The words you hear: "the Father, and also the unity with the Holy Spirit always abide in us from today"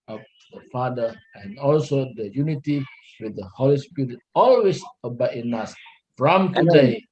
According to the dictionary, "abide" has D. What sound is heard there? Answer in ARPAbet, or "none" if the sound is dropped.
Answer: none